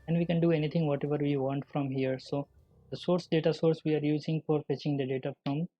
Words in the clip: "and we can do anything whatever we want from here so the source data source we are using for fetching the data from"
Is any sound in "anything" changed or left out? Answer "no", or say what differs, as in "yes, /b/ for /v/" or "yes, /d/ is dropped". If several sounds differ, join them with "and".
yes, /t/ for /θ/